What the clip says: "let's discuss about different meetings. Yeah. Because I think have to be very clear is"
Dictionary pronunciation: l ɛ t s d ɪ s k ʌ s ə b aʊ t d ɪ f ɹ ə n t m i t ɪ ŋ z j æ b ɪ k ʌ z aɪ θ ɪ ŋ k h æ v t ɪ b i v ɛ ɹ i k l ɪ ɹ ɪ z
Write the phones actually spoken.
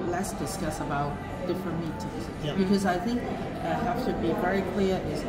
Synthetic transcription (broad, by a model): l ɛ s d ɪ s k ʌ s ə b aʊ t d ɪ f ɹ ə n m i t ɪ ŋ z b ɪ k ʌ z aɪ θ ɪ ŋ k h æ f t ɪ b i v ɛ ɹ i k l ɪ ɹ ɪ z